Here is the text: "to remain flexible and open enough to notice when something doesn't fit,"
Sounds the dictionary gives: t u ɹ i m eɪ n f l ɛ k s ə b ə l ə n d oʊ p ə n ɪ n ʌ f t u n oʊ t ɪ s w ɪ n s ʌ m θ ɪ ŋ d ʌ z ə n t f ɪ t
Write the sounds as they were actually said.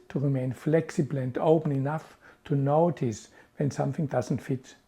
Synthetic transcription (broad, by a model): t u ɹ i m eɪ n f l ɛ k s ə b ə l ə n d oʊ p ə n ɪ n ʌ f t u n oʊ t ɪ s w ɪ n s ʌ m θ ɪ ŋ d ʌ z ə n t f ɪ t